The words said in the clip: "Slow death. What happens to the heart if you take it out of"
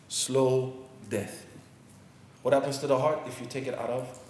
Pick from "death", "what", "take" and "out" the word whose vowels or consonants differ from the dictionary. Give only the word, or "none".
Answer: none